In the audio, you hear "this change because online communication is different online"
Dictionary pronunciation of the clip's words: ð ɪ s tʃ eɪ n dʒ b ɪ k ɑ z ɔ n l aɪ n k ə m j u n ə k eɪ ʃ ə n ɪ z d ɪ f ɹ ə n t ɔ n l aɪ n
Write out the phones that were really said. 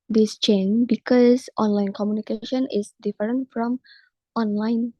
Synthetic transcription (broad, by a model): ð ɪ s tʃ eɪ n b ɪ k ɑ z ɔ n l aɪ n k ə m j u n ə k eɪ ʃ ə n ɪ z d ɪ f ɹ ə n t ɔ n l aɪ n